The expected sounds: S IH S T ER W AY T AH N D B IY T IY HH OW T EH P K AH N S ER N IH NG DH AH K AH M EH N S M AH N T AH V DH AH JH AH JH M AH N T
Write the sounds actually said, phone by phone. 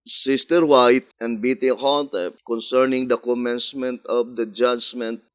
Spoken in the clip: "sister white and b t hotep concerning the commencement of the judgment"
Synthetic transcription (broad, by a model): S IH S T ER W AY T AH N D B IY T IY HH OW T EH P K AH N S ER N IH NG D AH K AH M EH N S M AH N T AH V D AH JH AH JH M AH N T